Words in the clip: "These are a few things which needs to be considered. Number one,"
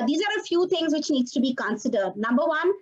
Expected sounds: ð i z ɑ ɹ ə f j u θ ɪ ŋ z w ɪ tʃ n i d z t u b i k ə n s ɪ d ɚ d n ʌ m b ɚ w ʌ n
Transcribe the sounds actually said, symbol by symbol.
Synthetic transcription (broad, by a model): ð i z ɑ ɹ ə f j u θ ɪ ŋ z w ɪ tʃ n i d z t u b i k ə n s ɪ d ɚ d n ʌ m b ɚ w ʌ n